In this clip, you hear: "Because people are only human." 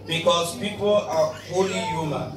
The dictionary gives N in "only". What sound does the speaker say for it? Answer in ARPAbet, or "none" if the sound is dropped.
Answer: none